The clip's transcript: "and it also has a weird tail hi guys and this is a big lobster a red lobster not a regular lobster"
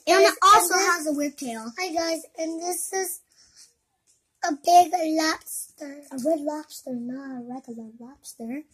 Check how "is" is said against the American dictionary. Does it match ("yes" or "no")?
yes